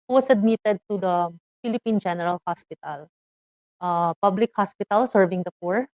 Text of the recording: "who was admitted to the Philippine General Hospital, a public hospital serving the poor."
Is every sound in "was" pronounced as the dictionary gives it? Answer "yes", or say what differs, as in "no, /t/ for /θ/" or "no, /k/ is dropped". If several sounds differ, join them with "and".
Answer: no, /s/ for /z/